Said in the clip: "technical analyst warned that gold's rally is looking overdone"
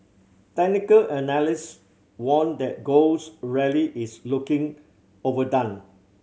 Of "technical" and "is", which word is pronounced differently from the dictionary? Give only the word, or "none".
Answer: is